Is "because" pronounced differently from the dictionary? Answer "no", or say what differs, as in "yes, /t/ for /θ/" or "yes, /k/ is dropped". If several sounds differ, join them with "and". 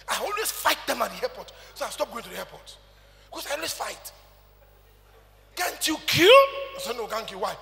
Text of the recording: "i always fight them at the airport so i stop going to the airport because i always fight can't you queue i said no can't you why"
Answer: yes, /s/ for /z/